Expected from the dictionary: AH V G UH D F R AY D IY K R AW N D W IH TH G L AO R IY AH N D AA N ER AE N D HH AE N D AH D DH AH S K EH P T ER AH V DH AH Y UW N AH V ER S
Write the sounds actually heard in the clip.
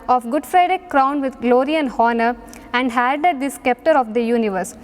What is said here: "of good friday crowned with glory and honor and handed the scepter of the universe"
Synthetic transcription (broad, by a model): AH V G UH D F R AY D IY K R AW N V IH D G L AO R IY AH N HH AA N ER AE N D HH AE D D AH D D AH S K EH P T ER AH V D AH Y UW N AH V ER S